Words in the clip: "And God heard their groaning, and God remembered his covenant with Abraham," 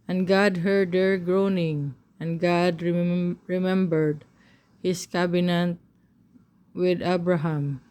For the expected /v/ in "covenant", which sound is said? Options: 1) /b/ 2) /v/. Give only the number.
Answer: 1